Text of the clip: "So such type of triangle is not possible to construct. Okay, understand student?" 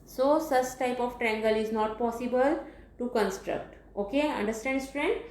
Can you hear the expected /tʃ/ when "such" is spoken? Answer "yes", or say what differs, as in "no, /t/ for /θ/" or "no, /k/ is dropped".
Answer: no, /s/ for /tʃ/